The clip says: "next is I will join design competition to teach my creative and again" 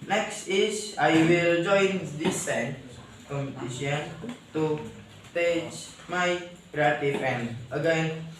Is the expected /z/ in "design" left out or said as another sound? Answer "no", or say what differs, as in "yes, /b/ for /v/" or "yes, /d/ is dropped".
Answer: yes, /s/ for /z/